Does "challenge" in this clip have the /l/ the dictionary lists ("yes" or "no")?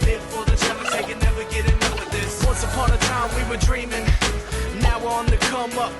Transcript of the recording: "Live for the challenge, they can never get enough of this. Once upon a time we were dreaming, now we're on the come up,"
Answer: no